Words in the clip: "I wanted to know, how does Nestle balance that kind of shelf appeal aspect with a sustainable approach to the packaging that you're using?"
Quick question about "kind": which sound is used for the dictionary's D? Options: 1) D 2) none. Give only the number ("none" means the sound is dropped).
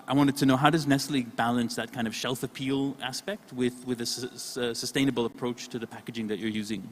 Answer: 1